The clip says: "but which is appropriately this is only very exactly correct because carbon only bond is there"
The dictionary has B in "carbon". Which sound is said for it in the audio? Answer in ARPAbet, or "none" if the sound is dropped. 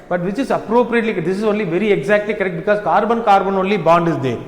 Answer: B